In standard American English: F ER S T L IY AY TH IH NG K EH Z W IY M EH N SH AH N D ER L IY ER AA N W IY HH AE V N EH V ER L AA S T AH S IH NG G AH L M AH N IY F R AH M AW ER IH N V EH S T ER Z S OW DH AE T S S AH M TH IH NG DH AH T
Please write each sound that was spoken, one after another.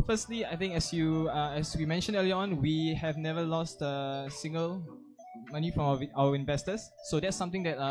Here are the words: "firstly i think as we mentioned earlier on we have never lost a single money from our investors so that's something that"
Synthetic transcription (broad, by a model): F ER S T L IY AY T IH NG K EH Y W IY M EH N SH AH N D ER L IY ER AA N W IY HH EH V N EH V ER L AA S T AH S IH NG G AH L M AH N IY F R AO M AW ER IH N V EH S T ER S OW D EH T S S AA M T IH NG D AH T